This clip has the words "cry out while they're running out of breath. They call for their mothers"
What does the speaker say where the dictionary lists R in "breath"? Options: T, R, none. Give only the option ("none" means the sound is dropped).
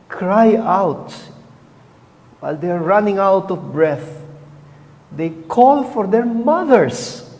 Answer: R